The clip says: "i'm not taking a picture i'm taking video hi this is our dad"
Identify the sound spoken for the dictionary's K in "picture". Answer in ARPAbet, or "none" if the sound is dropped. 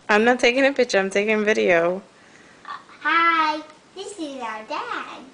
none